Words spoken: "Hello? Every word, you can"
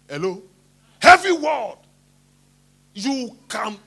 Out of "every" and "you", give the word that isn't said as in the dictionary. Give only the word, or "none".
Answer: every